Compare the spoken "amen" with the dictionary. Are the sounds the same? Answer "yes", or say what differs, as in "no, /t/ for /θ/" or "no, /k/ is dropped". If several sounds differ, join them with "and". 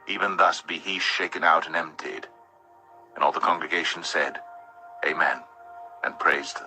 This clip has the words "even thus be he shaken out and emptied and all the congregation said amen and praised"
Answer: yes